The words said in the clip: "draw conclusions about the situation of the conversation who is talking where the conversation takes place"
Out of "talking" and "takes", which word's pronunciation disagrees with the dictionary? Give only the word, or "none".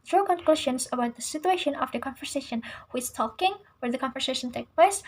takes